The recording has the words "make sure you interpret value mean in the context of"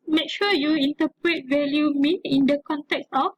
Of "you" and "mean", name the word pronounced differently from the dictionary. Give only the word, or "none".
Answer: mean